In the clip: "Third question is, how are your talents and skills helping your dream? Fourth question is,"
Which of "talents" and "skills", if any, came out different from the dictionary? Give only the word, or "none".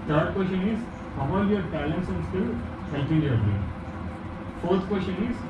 skills